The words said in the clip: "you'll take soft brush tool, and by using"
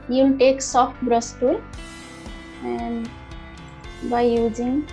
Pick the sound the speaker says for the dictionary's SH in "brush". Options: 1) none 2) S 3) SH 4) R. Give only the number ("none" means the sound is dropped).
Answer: 2